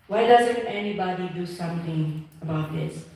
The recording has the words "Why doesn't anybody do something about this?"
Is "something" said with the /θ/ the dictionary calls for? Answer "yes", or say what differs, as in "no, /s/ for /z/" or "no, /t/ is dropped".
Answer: no, /t/ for /θ/